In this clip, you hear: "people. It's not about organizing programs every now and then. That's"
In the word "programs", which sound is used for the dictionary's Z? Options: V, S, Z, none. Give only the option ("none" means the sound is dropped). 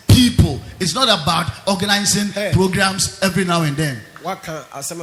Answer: S